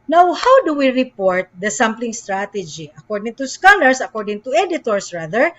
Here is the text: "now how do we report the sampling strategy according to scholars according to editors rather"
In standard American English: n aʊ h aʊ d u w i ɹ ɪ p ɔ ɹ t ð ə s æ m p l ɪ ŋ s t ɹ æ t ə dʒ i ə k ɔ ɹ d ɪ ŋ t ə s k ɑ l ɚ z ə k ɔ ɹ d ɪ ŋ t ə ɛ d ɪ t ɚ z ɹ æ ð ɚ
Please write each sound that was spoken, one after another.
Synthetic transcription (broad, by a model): n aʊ h aʊ d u w i ɹ ɪ p ɔ ɹ t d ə s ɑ m p l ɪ ŋ s t ɹ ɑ t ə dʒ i ə k ɔ ɹ d ɪ ŋ t ə s k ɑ l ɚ s ə k ɔ ɹ d ɪ ŋ t ə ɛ d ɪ t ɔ s ɹ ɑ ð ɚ